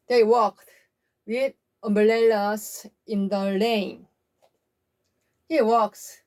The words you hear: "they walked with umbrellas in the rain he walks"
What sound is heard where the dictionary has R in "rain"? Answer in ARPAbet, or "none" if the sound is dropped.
L